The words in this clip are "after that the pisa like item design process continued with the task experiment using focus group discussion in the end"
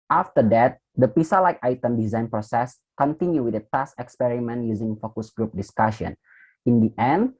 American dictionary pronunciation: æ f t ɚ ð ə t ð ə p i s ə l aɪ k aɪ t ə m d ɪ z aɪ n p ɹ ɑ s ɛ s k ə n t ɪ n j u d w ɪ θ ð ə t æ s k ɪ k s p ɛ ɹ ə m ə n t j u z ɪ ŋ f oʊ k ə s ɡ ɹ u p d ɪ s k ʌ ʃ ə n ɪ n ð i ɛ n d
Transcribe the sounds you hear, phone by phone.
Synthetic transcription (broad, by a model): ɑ f t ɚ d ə t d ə p i s ə l aɪ k aɪ t ə m d ɪ z aɪ n p ɹ ɑ s ɛ s k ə n t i n j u w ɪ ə t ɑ s ɪ k s p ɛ ɹ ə m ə n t j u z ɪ ŋ f oʊ k ə s ɡ ɹ u p d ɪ s k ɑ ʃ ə n ɪ n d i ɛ n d